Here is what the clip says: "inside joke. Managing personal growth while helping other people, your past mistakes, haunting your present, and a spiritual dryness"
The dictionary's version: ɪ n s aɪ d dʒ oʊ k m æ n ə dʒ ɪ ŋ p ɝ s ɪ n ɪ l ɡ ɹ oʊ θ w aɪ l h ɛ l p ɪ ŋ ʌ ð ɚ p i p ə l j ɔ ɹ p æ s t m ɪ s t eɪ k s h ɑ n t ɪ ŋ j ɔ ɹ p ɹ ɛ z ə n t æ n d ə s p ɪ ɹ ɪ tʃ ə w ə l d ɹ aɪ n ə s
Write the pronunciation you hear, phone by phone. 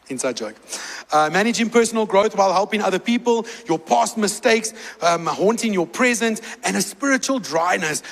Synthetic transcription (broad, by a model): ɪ n s aɪ d dʒ oʊ k m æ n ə dʒ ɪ ŋ p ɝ s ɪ n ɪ l ɡ ɹ oʊ θ w aɪ l h ɛ l p ɪ ŋ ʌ ð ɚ p i p ə l j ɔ p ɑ s t m ɪ s t eɪ k s h ɑ n t ɪ ŋ j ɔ p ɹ ɛ z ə n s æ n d ə s p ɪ ɹ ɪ tʃ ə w ə l d ɹ aɪ n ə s